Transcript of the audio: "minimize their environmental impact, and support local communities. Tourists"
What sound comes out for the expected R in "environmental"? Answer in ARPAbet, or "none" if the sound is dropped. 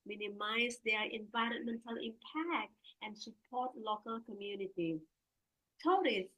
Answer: R